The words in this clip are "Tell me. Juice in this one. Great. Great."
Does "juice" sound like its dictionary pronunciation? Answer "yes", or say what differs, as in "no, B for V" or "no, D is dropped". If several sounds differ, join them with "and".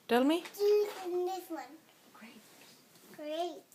no, S is dropped